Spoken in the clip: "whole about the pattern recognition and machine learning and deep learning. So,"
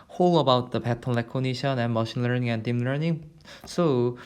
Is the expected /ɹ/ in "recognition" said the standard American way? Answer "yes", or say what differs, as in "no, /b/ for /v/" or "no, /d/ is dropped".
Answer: no, /l/ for /ɹ/